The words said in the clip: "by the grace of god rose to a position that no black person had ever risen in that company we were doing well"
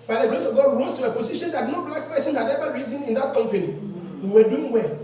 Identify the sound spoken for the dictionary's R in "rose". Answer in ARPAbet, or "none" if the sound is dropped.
W